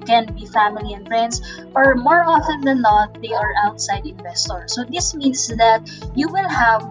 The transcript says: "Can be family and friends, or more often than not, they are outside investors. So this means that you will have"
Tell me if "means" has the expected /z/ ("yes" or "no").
no